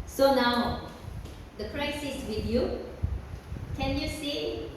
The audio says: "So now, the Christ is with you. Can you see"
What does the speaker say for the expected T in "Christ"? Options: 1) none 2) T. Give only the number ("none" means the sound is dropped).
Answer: 1